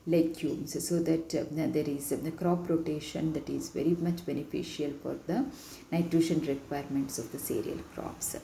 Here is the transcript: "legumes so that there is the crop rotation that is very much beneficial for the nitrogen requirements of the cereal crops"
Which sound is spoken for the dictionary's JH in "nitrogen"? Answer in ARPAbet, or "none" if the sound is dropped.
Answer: SH